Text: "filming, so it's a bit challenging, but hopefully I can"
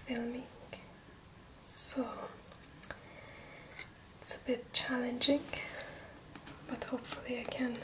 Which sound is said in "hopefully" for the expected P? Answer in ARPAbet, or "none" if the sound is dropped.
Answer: P